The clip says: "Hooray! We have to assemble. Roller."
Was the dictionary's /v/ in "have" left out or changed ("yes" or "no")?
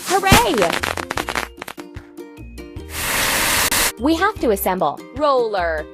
yes